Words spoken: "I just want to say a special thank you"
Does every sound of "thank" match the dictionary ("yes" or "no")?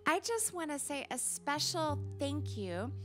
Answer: yes